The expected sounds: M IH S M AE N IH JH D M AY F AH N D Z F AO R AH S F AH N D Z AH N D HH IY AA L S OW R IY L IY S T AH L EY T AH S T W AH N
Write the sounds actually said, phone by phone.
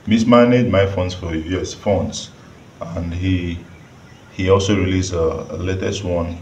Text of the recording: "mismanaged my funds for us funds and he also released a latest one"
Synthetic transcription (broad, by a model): M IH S M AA N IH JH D M AY F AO N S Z F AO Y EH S F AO N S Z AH N D HH IY AA L S OW R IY L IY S AH L EY T AH S T W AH N